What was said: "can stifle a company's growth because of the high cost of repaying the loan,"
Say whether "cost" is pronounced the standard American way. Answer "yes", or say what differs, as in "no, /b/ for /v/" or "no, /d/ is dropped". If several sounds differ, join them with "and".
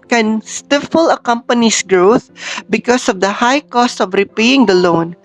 yes